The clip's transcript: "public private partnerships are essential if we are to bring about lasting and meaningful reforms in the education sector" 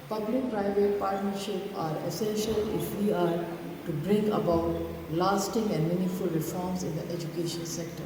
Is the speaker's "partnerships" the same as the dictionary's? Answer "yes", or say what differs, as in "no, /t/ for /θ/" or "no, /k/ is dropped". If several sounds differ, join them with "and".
no, /s/ is dropped